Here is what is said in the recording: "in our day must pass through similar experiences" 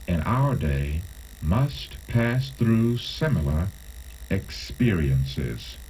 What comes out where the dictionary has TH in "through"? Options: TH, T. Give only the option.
TH